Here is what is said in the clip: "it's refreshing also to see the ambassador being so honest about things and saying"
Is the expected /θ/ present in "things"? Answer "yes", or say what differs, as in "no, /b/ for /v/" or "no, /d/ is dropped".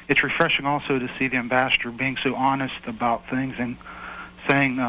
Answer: yes